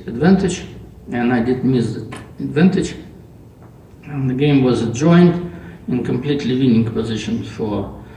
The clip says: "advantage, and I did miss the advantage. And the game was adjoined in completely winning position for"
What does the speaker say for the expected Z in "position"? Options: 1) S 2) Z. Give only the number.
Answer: 2